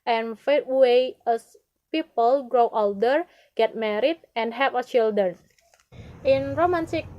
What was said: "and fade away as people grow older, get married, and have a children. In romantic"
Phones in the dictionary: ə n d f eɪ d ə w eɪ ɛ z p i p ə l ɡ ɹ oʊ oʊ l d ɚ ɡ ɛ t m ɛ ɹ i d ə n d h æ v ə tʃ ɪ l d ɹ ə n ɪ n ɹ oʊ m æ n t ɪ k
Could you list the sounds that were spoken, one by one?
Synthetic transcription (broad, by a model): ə n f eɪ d w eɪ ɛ s p i p ə l ɡ ɹ oʊ oʊ l d ɚ ɡ ɛ t m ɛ ɹ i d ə n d h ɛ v ə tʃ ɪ l d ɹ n ɪ n ɹ oʊ m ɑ n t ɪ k